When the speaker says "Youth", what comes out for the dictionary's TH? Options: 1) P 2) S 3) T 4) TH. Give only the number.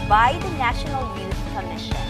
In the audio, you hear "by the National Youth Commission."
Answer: 2